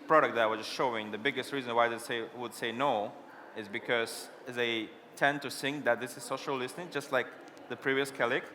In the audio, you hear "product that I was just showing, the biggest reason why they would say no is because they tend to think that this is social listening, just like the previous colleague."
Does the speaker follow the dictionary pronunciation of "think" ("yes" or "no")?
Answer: no